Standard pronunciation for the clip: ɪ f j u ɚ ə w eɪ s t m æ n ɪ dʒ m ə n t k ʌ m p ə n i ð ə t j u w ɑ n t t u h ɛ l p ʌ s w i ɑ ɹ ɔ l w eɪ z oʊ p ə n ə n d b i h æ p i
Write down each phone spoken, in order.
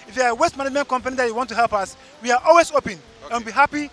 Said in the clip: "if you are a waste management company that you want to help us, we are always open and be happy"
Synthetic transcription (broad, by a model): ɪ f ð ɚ ə w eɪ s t m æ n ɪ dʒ m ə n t k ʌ m p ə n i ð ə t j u w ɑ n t t u h ɛ l p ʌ s w i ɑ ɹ ɔ l w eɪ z oʊ p ə n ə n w b i h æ p i